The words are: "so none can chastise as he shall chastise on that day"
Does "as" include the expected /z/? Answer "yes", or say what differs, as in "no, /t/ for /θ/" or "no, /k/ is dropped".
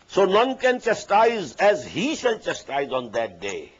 yes